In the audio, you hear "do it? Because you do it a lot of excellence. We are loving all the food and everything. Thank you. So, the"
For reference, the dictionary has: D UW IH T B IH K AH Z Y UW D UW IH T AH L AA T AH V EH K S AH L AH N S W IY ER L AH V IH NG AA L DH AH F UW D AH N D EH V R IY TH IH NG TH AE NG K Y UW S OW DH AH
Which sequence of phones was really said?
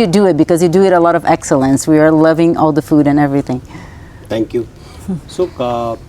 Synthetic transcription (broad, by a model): D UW IH T B IH K AH Z Y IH D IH IH T AH L AA T AH V EH K S AH L AH N S W IY ER L AH V IH NG AA L DH AH F UW D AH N EH V R IY TH IH NG T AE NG K Y UW S OW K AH